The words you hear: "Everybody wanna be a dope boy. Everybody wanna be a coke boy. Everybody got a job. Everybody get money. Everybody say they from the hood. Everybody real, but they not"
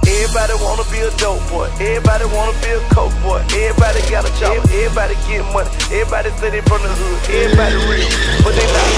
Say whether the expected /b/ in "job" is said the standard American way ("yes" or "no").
no